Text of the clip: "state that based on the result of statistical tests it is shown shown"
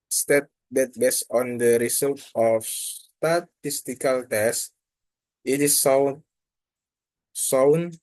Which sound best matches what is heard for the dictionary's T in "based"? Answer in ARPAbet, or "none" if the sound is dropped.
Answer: none